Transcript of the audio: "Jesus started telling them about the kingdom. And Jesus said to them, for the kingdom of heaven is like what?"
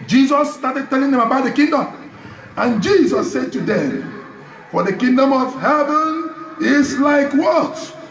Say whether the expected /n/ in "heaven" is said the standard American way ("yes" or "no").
yes